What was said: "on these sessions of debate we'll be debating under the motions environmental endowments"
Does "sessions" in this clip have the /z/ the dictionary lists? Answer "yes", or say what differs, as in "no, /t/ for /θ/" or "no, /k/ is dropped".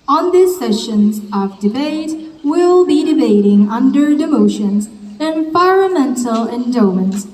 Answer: yes